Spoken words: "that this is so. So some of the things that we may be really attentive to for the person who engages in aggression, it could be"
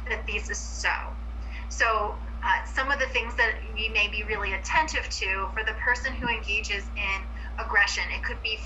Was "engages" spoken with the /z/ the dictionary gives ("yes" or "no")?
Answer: yes